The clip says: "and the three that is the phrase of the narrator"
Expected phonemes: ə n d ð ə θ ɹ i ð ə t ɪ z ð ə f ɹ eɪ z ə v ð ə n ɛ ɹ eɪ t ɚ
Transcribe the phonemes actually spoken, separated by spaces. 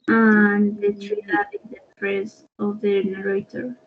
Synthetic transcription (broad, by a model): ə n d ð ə t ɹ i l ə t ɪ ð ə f ɹ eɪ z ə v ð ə n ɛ ɹ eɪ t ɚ